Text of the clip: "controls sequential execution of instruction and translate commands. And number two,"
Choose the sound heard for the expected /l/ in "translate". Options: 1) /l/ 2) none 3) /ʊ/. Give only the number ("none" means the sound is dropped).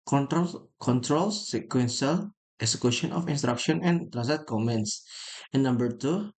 2